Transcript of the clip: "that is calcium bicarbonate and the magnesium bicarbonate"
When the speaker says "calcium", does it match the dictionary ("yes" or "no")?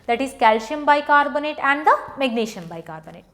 no